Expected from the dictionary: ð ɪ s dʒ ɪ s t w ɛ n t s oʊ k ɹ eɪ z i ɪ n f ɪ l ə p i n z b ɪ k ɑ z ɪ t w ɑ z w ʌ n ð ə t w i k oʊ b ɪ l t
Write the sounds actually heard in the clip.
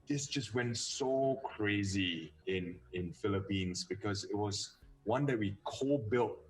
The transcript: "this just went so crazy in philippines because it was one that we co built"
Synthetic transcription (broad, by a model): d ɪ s dʒ ɪ s t w ɛ n t s oʊ k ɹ eɪ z i ɪ n f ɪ l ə p i n s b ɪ k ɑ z ɪ t w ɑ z w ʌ n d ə t w i k oʊ b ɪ l t